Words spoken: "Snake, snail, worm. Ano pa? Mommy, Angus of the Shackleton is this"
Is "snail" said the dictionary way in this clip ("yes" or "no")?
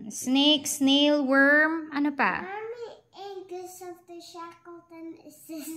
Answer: yes